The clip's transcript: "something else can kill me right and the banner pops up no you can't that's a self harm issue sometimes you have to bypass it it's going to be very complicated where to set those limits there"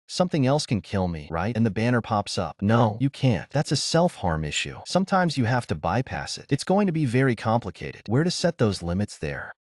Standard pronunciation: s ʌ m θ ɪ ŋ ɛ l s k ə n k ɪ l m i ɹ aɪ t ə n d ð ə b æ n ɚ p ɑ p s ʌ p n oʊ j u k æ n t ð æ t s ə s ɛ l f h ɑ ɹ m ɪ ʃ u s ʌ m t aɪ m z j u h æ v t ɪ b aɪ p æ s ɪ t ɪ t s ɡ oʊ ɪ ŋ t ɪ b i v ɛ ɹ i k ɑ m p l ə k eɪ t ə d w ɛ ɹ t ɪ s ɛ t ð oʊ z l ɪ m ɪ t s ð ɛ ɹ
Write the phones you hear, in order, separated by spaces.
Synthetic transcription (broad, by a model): s ʌ m θ ɪ ŋ ɛ l s k ə n k ɪ l m i ɹ aɪ t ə n ð ə b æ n ɚ p ɑ p s ʌ p n oʊ j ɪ k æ n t ð æ t s ə s ɛ l f h ɑ ɹ m ɪ ʃ u s ʌ m t aɪ m z j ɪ h æ f t ɪ b aɪ p æ s ɪ t ɪ t s ɡ oʊ ɪ ŋ t ɪ b i v ɛ ɹ i k ɑ m p l ə k eɪ t ə d w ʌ ɹ t ɪ s ɛ t ð oʊ z l ɪ m ɪ t s ð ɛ ɹ